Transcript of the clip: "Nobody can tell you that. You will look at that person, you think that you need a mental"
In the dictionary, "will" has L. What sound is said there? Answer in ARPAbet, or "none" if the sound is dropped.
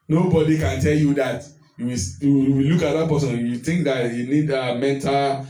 W